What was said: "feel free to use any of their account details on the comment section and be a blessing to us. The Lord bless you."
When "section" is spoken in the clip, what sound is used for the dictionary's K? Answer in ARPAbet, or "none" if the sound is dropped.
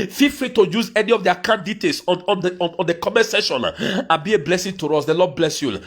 none